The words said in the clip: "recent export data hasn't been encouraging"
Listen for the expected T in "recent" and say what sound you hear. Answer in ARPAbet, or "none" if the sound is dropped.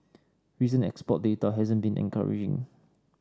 none